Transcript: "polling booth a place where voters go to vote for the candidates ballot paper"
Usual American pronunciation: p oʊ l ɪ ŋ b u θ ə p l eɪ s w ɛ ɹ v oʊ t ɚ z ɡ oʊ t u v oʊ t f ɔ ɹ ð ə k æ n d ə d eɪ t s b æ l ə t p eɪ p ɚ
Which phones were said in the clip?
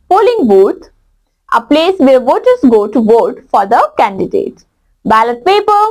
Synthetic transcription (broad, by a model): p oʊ l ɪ ŋ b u t ə p l eɪ s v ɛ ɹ v oʊ t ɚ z ɡ oʊ t u v oʊ t f ɔ ɹ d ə k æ n d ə d eɪ t b æ l ə t p eɪ p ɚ